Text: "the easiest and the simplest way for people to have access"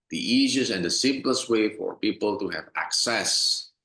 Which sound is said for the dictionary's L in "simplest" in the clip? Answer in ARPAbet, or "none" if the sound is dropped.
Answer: L